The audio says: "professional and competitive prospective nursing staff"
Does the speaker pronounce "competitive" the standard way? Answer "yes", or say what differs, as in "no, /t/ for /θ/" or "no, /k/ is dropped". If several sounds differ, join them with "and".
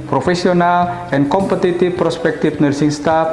no, /f/ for /v/